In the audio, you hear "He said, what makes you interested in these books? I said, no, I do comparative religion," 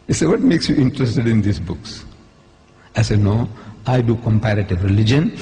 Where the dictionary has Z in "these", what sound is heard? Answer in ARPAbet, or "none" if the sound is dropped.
S